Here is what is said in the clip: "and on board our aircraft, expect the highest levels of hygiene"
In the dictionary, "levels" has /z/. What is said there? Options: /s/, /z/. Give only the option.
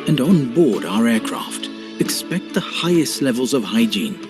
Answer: /z/